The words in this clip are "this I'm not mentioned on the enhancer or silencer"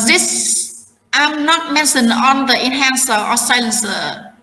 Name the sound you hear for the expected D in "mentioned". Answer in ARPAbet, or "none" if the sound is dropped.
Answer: none